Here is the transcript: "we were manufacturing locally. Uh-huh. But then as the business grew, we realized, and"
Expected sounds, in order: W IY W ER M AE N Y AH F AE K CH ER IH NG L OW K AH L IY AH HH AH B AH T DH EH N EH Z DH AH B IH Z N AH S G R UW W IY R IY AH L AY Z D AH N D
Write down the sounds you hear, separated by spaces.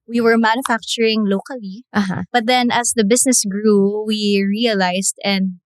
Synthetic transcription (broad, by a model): W IY W ER M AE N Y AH F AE K CH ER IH NG L OW K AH L IY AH HH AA B AH T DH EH N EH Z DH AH B IH S N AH S G R UW W IY R IY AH L AY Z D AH N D